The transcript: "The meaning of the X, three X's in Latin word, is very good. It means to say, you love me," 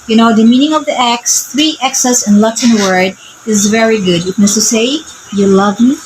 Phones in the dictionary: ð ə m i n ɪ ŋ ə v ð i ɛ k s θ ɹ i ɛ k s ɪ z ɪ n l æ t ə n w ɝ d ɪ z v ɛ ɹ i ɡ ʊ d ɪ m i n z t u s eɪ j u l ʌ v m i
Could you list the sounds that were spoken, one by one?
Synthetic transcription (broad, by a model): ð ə m i n ɪ ŋ ə v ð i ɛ k s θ ɹ i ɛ k s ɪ s ɪ n l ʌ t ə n w ɝ d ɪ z v ɛ ɹ i ɡ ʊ d ɪ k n s t u s eɪ j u l ʌ v m i